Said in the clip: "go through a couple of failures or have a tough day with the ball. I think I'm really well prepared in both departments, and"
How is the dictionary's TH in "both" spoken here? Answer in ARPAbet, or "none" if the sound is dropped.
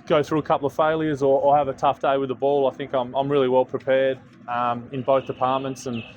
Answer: TH